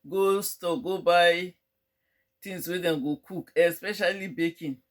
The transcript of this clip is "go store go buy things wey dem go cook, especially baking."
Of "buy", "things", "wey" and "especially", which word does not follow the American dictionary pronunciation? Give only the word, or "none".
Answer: things